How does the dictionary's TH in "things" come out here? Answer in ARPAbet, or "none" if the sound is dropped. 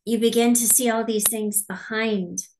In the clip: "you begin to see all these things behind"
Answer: TH